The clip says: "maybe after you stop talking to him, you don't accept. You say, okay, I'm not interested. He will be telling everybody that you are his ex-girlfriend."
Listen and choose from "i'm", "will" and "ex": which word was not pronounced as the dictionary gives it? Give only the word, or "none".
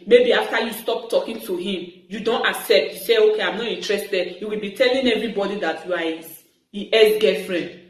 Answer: ex